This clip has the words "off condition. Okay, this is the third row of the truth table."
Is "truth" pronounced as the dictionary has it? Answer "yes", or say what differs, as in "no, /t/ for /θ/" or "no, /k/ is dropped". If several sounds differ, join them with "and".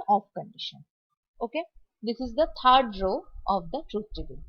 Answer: no, /t/ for /θ/